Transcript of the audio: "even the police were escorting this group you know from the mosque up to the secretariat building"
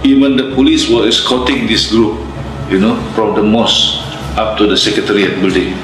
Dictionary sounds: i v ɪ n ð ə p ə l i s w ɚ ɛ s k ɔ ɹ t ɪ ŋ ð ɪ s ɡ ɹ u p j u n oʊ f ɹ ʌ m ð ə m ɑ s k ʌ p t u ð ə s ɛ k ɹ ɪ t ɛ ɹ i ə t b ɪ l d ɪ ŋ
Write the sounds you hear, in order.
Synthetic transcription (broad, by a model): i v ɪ n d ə p ə l i s w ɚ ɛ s k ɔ t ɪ ŋ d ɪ s ɡ ɹ u p j u n oʊ f ɹ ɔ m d ə m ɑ s ɑ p t u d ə s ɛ k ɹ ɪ t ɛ ɹ i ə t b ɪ l d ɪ ŋ